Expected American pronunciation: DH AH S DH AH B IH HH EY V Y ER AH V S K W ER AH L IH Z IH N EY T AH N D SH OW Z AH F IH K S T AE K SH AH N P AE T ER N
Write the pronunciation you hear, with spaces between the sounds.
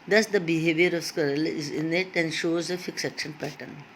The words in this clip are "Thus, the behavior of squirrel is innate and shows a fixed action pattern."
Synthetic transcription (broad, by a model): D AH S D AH B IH HH EY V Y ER AH V S K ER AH L IH Z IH N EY T AH N D SH OW Z AH F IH K S AE K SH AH N P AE T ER N